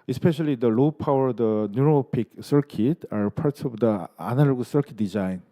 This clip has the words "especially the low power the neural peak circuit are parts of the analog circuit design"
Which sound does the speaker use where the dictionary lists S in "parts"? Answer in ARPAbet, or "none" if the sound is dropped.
none